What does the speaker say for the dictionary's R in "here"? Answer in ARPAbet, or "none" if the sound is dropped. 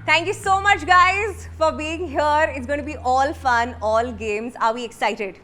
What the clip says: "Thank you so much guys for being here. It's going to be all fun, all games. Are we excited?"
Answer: R